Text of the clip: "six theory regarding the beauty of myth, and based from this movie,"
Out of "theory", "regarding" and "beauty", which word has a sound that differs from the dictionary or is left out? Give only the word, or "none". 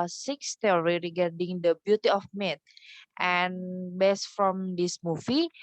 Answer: theory